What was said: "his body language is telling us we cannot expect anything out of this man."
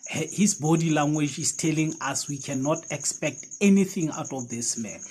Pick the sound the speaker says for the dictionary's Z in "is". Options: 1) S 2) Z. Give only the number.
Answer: 1